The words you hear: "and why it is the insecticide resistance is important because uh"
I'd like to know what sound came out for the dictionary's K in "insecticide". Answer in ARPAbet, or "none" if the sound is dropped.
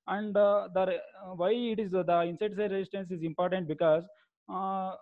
none